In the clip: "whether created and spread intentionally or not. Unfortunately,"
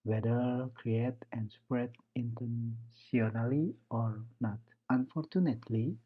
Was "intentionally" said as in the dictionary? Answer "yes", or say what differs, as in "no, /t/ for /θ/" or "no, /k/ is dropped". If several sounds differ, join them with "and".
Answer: no, /s/ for /ʃ/